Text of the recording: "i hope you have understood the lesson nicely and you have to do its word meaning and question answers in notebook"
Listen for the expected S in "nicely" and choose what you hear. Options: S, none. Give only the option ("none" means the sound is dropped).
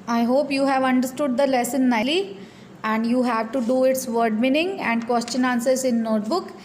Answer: none